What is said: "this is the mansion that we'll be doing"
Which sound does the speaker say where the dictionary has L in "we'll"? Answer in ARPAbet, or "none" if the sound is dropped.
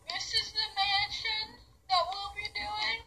L